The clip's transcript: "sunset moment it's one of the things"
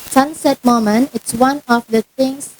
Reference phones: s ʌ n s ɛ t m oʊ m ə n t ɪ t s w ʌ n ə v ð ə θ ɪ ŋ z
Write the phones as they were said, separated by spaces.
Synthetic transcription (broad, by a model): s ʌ n s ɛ t m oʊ m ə n ɪ t s w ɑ n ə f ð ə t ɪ ŋ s